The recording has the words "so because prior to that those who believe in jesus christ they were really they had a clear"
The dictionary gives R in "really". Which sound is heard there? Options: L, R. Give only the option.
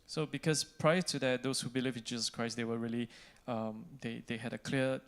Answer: L